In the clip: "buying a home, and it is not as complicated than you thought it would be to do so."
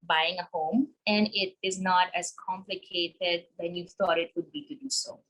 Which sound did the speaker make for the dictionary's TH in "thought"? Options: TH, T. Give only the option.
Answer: T